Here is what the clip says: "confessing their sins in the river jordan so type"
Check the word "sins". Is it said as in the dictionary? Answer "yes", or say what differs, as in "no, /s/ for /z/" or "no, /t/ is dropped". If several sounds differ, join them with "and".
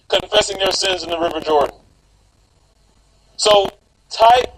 yes